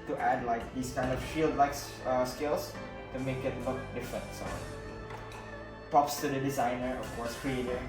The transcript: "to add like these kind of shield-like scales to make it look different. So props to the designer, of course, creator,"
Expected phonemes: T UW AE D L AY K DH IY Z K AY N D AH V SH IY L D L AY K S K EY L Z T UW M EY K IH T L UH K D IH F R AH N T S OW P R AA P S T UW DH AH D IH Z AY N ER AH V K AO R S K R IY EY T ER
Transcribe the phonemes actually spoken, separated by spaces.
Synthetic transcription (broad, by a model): T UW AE D L AY K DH IY S K AY N D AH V SH IY L D L AY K S K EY L S T UW M EY K IH T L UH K D IH F R AH N T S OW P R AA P S T UW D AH D IH Z AY N ER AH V K AO R S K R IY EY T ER